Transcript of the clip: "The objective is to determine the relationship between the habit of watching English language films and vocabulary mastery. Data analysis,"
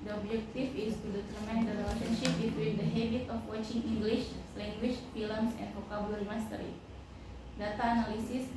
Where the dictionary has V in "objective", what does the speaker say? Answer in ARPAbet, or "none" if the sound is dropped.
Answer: F